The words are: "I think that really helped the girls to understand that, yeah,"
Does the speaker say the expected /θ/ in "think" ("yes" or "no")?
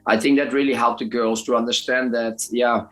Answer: yes